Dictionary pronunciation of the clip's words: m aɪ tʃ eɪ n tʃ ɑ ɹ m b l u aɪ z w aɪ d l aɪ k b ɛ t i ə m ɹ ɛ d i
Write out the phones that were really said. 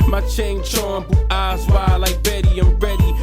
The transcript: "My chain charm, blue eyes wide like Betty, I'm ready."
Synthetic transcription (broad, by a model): m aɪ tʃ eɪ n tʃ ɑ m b u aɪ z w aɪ l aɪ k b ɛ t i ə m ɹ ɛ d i